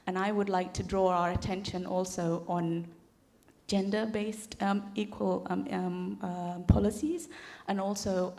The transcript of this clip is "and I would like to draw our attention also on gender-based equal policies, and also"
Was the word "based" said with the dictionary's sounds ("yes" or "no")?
yes